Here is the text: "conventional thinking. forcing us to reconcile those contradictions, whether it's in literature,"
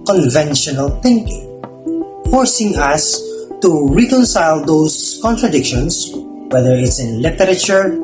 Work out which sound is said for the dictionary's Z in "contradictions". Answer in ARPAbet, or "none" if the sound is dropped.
S